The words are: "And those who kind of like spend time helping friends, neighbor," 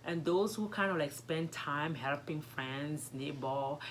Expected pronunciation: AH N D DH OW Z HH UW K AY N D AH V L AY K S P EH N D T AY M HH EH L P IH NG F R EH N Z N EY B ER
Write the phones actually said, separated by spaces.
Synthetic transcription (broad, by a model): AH N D OW S HH UW K AY N D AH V L AY K S P EH N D T AY M HH EH L P IH NG F R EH N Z N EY B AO